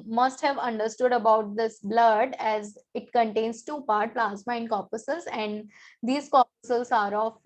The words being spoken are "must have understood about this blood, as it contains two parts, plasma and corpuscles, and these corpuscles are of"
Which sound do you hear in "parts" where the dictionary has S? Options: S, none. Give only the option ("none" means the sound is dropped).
none